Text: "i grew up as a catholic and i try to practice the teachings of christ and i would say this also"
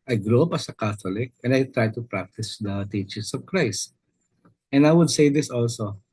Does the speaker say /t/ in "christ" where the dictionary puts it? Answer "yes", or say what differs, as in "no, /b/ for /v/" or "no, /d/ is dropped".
yes